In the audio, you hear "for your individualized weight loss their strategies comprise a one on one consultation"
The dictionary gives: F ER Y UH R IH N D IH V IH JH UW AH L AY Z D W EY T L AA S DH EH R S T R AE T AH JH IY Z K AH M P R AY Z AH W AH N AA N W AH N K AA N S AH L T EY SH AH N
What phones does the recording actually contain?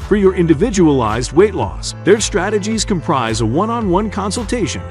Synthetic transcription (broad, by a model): F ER Y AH R IH N D IH V IH JH UW AH L AY Z D W EY T L AA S DH EH R S T R AE T AH JH IY Z K AH M P R AY Z AH W AH N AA N W AH N K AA N S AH L T EY SH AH N